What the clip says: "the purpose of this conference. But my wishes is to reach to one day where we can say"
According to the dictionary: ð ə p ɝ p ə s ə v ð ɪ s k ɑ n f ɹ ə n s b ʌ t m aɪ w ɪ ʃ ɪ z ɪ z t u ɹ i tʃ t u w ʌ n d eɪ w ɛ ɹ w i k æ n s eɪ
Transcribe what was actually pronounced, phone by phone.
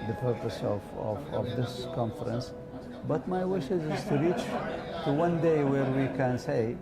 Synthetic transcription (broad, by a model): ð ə p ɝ p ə s ə v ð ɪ s k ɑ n f ɹ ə n s b ʌ t m aɪ w ɪ ʃ ɪ z ɪ z t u ɹ i tʃ t u w ʌ n d eɪ w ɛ ɹ w i k æ n s eɪ